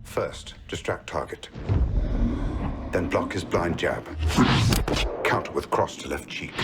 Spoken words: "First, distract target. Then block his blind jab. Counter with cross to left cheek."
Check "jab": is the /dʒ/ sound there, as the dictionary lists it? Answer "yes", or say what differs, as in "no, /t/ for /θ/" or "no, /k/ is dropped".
yes